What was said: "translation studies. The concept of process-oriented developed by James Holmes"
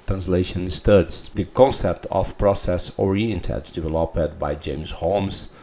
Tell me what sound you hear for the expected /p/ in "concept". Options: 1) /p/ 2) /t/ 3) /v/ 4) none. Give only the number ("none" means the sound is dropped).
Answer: 1